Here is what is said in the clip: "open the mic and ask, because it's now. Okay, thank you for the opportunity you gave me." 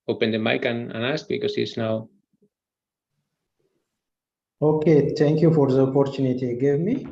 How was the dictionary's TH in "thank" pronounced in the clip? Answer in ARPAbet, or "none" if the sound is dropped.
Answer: T